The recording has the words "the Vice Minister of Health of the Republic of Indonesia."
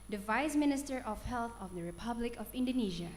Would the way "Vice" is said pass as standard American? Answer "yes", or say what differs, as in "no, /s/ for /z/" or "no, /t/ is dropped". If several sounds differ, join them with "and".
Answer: yes